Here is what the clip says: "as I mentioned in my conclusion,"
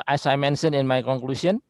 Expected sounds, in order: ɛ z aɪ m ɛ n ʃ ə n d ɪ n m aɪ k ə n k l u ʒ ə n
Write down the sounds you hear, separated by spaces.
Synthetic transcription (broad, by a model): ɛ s aɪ m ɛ n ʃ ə n ɪ n m aɪ k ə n k l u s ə n